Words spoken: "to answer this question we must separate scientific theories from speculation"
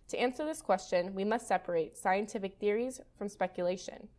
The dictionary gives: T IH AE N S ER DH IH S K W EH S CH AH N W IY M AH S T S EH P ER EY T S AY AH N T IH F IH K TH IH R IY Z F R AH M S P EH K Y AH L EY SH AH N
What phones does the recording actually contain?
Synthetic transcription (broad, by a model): T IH AE N S ER DH IH S K W EH S CH AH N W IY M AH S T S EH P ER EY T S AY AH N T IH F IH K TH IH R IY Z F R AH M S P EH K Y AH L EY SH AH N